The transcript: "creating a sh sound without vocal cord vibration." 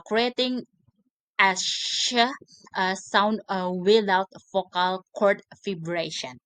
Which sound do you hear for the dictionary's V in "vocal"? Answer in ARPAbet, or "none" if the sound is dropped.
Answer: F